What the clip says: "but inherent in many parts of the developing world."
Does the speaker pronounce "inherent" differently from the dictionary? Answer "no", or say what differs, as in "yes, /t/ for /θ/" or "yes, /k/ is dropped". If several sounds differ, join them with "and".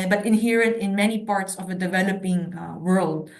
no